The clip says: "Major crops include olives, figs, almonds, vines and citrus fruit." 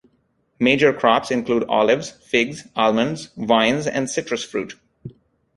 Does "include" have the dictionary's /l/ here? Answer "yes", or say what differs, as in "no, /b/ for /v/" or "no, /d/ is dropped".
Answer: yes